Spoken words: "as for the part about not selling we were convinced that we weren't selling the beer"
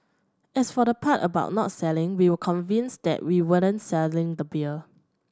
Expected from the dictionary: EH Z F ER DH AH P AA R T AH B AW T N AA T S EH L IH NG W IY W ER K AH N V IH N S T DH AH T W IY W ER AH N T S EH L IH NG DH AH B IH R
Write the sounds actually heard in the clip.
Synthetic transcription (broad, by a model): EH S F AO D AH P AA T AH B AW T N AA T S EH L IH NG W IY W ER K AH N V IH N S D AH T W IY W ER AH N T S EH L IH NG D AH B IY L